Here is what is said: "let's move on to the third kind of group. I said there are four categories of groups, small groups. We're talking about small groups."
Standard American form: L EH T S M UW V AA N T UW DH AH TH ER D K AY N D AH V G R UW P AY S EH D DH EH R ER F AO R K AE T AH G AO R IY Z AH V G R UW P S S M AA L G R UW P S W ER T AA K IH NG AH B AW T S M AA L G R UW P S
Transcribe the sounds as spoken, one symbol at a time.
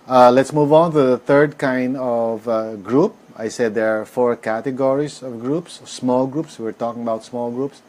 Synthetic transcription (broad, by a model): L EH T S M UW V AA N T UW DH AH T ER D K AY N D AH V G R UW P AY S EH D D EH R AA F AO R K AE T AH G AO R IY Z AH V G R UW P S S M AA L G R UW P S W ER T AA K IH NG AH B AW T S M AA L G R UW P S